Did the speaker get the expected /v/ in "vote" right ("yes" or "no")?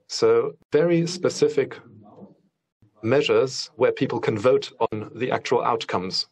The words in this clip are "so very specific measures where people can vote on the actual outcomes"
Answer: yes